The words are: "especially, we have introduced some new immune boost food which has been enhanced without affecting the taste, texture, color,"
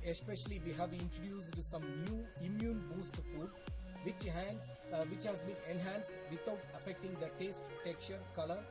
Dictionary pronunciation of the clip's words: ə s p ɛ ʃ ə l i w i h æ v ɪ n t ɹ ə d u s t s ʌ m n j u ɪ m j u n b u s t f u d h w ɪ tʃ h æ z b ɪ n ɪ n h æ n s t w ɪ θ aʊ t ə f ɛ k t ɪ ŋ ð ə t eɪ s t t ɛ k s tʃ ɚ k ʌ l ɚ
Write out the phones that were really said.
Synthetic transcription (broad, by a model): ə s p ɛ ʃ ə l i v i h æ v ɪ n t ɹ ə d u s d s ʌ m n j u ɪ m j u n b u s t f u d h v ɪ tʃ h æ z b ɪ n ɪ n h æ n s t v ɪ t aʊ t ə f ɛ k t ɪ ŋ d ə t eɪ s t t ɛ k tʃ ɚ k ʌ l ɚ